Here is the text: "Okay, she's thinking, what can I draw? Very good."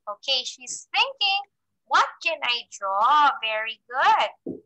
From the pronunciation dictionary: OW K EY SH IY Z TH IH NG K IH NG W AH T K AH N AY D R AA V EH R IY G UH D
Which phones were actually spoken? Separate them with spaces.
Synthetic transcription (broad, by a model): OW K EY SH IY Z TH IH NG K IH NG W AH T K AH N AY D R AA V EH R IY G UH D